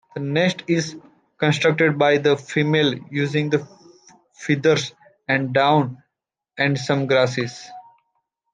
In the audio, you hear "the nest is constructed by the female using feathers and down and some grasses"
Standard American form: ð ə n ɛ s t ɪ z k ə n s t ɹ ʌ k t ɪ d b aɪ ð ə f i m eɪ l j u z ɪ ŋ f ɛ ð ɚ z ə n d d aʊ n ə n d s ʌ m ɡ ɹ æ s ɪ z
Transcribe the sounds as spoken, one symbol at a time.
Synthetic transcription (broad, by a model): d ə n ɛ s t ɪ z k ə n s t ɹ ʌ k t ɪ d b aɪ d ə f i m eɪ l j u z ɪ ŋ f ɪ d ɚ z ə n d d aʊ n ə n d s ʌ m ɡ ɹ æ s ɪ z